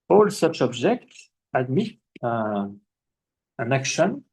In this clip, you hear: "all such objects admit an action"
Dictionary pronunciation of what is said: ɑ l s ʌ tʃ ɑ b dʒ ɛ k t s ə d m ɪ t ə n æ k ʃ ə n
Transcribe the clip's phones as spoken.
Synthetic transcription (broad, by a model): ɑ l s ʌ tʃ ɑ b dʒ ɛ k t s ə d m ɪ t ə n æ k ʃ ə n